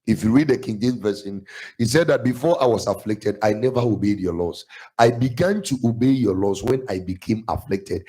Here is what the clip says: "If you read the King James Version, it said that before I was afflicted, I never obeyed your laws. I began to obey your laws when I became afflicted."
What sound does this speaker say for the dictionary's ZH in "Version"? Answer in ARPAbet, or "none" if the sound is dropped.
S